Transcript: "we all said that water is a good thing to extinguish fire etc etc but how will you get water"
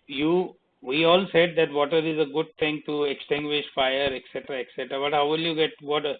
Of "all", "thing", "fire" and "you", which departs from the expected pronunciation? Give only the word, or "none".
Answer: thing